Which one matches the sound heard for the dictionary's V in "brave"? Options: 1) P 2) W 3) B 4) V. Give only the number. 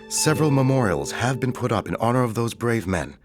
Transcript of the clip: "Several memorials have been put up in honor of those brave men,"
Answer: 4